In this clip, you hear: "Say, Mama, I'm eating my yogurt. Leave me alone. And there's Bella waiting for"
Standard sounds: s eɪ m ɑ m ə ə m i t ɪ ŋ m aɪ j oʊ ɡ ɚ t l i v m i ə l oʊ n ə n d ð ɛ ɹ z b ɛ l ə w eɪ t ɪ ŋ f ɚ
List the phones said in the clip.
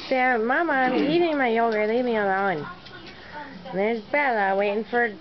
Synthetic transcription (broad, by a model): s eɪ m ɑ m ə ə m i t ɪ ŋ m aɪ j oʊ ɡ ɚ l i v m i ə l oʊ ə n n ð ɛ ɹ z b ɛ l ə w eɪ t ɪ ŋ f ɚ